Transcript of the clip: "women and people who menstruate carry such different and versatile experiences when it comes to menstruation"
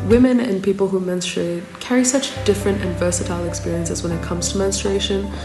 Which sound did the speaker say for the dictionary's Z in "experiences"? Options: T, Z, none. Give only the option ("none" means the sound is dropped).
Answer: Z